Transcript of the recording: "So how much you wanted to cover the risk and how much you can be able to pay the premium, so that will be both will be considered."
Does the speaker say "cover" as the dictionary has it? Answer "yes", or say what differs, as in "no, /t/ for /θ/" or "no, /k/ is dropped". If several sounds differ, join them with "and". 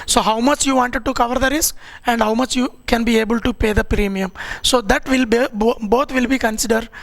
yes